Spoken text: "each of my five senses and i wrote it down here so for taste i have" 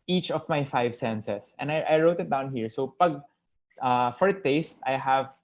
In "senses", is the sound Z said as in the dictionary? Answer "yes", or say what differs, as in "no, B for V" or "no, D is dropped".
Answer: no, S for Z